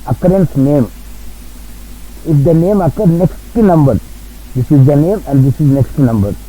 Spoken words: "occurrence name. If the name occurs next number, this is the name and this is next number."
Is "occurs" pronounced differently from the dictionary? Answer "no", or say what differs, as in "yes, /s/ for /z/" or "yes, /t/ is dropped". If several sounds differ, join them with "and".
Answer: yes, /z/ is dropped